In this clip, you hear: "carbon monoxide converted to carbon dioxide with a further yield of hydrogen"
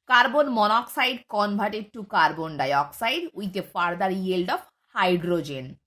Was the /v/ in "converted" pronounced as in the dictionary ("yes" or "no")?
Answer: no